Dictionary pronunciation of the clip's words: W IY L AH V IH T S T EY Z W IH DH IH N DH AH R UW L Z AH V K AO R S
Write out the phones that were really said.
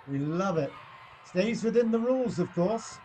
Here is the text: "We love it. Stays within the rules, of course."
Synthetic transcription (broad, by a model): W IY L AH V IH T S T EY Z W IH DH IH N DH AH R UW L Z AH V K AO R S